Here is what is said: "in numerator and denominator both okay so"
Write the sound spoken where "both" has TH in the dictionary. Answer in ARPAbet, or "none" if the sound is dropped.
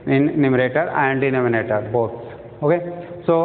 S